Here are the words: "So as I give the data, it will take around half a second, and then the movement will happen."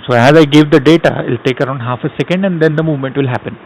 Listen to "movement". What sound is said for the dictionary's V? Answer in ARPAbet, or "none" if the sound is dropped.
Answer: V